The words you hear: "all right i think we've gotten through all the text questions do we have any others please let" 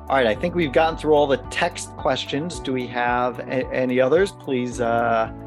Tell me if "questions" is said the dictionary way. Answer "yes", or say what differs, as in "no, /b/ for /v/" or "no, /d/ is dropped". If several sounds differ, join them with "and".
yes